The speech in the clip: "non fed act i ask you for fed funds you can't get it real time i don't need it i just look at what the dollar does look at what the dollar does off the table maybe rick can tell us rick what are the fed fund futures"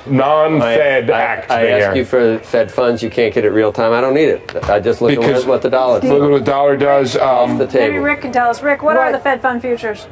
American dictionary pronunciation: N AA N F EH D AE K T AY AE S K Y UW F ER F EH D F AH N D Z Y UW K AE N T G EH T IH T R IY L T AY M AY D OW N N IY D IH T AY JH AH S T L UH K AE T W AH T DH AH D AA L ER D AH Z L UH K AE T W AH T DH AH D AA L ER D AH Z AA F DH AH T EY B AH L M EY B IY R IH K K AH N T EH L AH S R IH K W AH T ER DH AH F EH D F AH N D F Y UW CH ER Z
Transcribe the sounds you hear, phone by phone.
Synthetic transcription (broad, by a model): N AA N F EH D AE K T AY AE S K Y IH F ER F EH D F AH N D Z Y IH K AE N G EH T IH T R IY L T AY M AY D OW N N IY D IH T AY JH AH S T L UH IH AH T W AH T DH AH D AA L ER AH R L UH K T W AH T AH D AA L ER D AH Z AA F DH AH T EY AH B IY R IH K K AH N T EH L AH S R IH K W AH T ER DH AH F EH D F AH N D F Y UW CH ER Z